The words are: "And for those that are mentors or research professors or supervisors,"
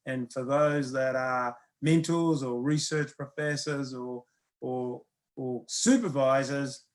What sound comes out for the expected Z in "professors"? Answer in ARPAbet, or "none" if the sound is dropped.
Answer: Z